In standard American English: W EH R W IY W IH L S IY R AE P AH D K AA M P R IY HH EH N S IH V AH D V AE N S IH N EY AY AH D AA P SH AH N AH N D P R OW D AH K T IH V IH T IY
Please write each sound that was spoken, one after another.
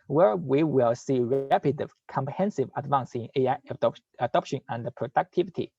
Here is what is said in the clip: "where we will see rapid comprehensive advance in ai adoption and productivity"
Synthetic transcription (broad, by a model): W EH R W IY W IH L S IY R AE P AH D K AA M P R IY HH EH N S IH V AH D V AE N S IH N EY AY AH D AA P SH AH N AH N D P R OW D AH K T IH V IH T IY